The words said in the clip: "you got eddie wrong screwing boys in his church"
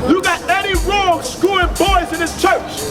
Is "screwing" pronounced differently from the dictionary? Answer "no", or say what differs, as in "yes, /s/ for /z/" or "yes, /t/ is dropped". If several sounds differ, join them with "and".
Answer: yes, /ɹ/ is dropped